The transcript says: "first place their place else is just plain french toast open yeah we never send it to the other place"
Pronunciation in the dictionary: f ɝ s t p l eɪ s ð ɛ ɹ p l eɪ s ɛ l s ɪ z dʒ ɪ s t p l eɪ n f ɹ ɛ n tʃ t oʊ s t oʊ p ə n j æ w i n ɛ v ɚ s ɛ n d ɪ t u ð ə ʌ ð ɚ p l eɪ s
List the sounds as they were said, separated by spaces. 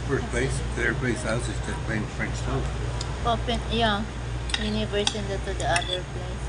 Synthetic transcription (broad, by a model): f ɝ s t p l eɪ s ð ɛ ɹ p l eɪ s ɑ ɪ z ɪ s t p eɪ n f ɹ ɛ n s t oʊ oʊ p ə n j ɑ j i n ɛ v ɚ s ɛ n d ɪ t u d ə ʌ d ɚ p l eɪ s